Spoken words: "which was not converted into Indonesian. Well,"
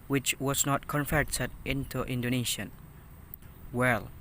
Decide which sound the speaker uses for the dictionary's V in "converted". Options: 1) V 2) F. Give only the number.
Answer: 2